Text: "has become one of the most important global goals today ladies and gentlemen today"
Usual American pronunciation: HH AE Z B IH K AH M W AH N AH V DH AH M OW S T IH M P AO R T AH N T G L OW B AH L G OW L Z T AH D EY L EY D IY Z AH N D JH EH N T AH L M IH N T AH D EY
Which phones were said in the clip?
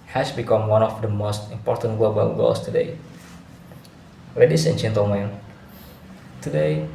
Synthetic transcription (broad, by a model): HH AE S B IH K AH M W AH N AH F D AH M OW S T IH M P AO R T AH N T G OW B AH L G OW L S T AH D EY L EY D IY S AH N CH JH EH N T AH M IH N T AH D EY